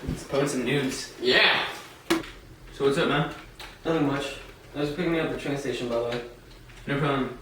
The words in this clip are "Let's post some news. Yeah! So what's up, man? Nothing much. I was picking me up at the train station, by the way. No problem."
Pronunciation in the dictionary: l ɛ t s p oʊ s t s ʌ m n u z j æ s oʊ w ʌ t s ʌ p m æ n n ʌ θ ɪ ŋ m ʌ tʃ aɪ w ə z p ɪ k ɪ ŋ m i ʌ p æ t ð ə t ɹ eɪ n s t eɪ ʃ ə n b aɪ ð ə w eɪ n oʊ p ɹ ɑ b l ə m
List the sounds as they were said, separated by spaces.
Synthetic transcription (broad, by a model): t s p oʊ t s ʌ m n u z j æ s oʊ w ʌ t s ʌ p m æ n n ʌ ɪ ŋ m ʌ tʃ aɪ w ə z p ɪ k ɪ ŋ m i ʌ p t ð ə t ɹ eɪ n s t eɪ ʃ ə n b aɪ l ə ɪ n oʊ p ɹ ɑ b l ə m